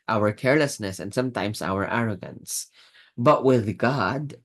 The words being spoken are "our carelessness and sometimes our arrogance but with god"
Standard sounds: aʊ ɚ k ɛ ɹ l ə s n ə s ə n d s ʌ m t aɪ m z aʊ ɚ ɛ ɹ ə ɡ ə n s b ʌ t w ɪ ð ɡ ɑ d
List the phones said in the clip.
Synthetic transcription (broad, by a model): aʊ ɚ k ɛ ɹ l ə s n ə s ə n d s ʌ m t aɪ m s aʊ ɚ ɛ ɹ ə ɡ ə n s b ʌ t w ɪ ð ɡ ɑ d